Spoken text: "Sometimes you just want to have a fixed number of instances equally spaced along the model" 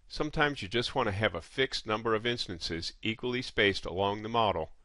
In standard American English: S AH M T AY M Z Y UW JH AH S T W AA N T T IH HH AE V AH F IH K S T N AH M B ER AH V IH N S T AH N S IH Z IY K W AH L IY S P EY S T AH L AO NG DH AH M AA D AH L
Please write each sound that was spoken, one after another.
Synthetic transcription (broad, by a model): S AH M T AY M Z Y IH JH AH S T W AA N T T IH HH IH V AH F IH K S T N AH M B ER AH V IH N S T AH N S IH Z IY K W AH L IY S P EY S T AH L AO NG DH AH M AA D L